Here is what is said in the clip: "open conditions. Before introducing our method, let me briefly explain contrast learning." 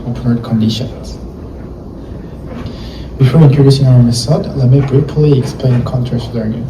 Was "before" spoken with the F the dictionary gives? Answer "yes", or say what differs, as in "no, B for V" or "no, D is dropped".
yes